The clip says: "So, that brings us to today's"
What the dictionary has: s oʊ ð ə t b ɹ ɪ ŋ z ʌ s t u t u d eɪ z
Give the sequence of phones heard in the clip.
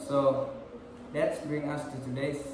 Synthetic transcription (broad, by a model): s oʊ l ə t b ɹ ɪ ŋ ʌ s t u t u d eɪ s